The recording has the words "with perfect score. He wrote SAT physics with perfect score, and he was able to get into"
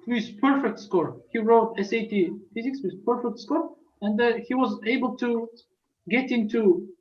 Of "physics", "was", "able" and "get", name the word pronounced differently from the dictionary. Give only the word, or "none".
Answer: none